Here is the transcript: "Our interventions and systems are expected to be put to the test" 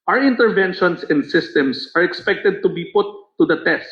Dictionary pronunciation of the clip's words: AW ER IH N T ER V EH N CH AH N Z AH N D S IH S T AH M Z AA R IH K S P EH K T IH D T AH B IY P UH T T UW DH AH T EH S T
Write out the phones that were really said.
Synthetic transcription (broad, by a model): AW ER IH N T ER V EH N SH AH N S AH N D S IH S T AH M S AA R IH K S P EH K T IH D T AH B IY P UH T T UW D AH T EH S T